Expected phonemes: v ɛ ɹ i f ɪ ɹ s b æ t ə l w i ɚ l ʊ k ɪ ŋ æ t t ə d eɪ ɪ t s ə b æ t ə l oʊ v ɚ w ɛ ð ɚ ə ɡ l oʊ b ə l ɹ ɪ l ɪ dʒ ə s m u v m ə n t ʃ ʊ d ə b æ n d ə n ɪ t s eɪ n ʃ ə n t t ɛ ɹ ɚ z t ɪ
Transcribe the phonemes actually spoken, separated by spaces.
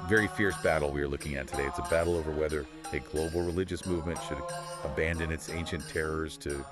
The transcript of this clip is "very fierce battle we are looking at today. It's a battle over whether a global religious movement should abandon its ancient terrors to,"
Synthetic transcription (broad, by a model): v ɛ ɹ i f ɪ ɹ s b æ t l w i ɚ l ʊ k ɪ ŋ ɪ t t ə d eɪ ɪ t s ə b æ t l oʊ v ɚ w ɛ ð ɚ ə ɡ l oʊ b l ɹ ɪ l ɪ dʒ ə s m u v m ə n t ʃ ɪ d ə b æ n d ə n ɪ t s eɪ n ʃ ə n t t ɛ ɹ ɚ z t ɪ